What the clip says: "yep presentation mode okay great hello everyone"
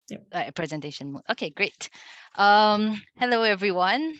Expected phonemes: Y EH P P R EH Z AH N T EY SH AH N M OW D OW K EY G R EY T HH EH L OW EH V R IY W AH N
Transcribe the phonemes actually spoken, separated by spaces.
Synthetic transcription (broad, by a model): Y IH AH P R EH Z AH N T EY SH AH N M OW OW K EY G R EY T HH EH L OW EH V R IY W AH N